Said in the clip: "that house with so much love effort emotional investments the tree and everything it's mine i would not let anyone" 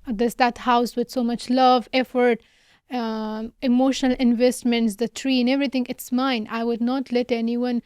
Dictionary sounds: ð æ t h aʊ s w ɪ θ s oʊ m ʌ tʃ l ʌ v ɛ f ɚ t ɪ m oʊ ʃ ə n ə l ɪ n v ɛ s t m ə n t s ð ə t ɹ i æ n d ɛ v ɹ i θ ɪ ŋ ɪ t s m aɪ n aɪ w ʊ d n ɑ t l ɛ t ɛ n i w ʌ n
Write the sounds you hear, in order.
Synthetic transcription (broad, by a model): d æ t h aʊ s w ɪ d s oʊ m ʌ tʃ l ʌ v ɛ f ɚ t ɪ m oʊ ʃ ə n ə l ɪ n v ɛ s t m ə n t s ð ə t ɹ i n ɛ v ɹ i t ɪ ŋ ɪ t s m aɪ n aɪ w ʊ d n ɑ t l ɛ t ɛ n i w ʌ n